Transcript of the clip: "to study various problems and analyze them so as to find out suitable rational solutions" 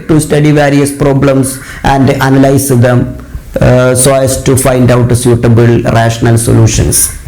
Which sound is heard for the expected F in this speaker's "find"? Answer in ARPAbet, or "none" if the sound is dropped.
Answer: F